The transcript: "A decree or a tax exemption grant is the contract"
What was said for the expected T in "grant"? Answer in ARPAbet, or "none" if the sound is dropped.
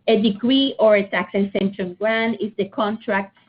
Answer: none